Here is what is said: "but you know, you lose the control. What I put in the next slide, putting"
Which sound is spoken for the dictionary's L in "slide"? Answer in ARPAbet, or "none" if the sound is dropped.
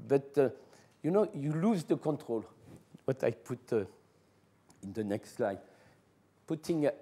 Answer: L